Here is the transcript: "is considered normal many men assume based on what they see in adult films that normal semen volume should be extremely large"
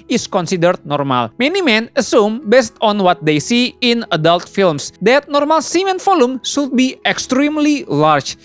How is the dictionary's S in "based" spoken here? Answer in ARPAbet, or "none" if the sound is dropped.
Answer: S